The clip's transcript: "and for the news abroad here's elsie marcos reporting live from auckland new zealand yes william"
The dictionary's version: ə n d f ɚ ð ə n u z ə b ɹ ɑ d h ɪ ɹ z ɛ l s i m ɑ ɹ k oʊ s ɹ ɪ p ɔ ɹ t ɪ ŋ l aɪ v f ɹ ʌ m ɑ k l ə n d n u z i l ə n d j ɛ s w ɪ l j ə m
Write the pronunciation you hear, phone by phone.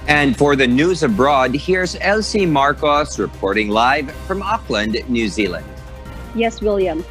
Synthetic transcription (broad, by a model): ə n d f ɚ ð ə n u z ə b ɹ ɑ d h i ɹ z ɛ l s i m ɑ ɹ k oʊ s ɹ ɪ p ɔ ɹ t ɪ ŋ l aɪ v f ɹ ʌ m ɑ k l ə n d n u z i l ə n d j ɛ s w ɪ l j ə m